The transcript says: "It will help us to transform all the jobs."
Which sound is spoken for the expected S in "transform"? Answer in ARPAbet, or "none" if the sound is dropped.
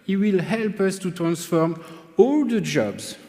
S